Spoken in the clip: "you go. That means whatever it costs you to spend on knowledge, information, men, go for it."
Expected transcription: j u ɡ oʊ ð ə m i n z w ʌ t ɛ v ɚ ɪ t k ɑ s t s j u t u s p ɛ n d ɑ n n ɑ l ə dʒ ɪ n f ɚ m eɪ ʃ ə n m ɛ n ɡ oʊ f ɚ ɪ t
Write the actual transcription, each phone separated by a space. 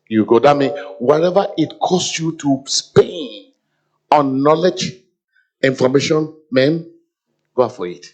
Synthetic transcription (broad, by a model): j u ɡ oʊ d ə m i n w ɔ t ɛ v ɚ ɪ t k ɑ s s j u t u s p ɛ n ɑ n n ɑ l ə dʒ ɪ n f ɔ m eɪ ʃ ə n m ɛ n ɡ oʊ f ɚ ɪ t